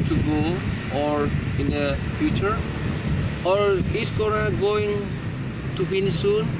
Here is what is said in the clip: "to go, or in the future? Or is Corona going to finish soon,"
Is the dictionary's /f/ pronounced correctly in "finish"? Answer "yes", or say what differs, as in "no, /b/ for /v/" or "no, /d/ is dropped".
no, /p/ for /f/